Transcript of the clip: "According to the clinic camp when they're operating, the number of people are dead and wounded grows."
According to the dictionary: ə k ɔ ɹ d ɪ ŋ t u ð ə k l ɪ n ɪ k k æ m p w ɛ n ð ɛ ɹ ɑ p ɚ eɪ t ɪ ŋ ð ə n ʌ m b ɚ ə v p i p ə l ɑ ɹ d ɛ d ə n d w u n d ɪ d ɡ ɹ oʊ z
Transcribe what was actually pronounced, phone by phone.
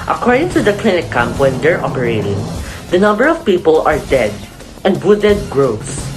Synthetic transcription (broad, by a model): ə k ɔ ɹ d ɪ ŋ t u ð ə k l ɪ n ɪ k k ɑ m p w ɛ n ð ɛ ɹ ɑ p ɚ eɪ t ɪ ŋ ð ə n ʌ m b ɚ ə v p i p ə l ɑ ɹ d ɛ d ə n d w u d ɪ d ɡ ɹ oʊ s